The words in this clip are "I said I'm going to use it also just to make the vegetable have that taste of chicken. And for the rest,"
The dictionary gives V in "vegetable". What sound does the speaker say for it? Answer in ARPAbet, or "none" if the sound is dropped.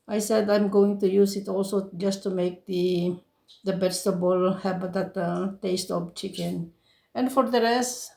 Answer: B